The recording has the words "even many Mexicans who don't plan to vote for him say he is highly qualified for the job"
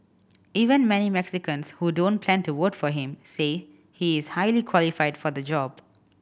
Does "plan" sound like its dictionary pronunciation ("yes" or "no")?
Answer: yes